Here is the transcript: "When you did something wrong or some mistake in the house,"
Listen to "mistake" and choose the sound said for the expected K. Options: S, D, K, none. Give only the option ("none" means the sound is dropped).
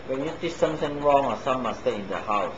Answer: none